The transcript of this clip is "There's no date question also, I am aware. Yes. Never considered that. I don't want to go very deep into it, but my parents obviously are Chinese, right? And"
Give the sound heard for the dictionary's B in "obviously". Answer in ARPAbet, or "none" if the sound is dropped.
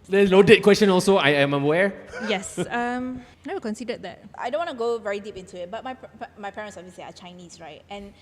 none